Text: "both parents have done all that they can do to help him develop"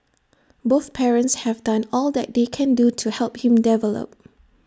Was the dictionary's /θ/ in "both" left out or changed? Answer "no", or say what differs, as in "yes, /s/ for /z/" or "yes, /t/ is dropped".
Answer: no